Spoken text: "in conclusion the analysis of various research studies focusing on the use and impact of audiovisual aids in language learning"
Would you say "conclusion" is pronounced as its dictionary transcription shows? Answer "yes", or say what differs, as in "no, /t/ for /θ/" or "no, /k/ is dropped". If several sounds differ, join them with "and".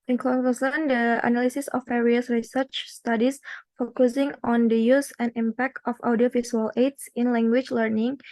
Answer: no, /l/ is dropped and /s/ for /ʒ/